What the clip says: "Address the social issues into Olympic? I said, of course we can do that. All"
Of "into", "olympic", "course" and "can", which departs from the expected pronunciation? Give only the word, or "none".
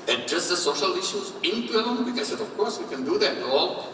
olympic